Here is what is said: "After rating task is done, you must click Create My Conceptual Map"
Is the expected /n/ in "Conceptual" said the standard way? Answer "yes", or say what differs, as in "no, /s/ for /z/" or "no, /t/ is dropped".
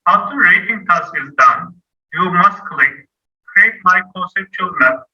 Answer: no, /n/ is dropped